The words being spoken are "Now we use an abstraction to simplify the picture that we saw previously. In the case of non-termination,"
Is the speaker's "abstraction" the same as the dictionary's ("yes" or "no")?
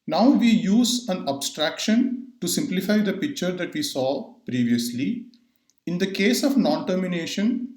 yes